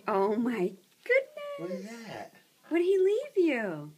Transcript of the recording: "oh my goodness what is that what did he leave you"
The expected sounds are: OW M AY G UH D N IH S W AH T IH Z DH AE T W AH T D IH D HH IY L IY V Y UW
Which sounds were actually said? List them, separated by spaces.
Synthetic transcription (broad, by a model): OW M AY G UH D N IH W AH T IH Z DH AE T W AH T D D HH IY L IY V Y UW